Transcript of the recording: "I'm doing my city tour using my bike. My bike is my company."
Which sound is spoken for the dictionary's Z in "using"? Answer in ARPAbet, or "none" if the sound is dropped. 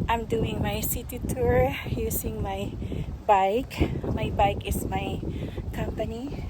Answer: S